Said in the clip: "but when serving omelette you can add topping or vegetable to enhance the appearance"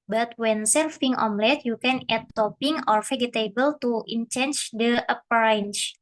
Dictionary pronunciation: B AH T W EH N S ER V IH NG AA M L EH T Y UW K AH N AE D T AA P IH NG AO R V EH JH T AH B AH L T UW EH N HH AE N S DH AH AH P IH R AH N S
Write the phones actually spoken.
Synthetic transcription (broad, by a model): B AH T W EH N S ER F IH NG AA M L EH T Y UW K AH N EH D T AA P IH NG AO R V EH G T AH B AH L T UW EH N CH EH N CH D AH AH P R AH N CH